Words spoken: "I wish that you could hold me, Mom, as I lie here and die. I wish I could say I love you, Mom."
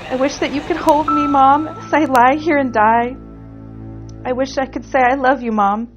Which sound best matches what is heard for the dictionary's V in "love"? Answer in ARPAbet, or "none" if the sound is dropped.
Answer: V